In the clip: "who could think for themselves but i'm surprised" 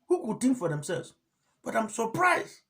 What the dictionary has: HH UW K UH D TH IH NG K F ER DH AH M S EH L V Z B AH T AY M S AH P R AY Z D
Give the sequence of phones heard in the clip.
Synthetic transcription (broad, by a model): HH UW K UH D T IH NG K F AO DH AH M S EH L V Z B AH T AY M S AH P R AY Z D